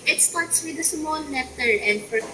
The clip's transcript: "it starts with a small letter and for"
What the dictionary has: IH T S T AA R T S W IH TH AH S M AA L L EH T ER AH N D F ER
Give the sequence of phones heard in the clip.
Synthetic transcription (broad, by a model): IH T S T AA R T S W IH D AH S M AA N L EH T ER AH N D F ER